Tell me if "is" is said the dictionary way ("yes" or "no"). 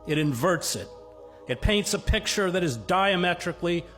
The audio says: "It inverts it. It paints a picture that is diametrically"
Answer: yes